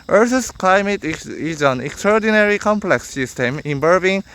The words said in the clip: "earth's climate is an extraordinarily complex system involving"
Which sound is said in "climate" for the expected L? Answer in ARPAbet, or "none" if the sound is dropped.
L